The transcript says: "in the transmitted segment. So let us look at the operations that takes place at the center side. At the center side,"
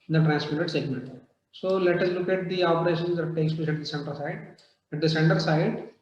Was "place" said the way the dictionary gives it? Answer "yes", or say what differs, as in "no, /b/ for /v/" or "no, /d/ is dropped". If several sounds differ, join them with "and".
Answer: no, /l/ is dropped and /ʃ/ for /s/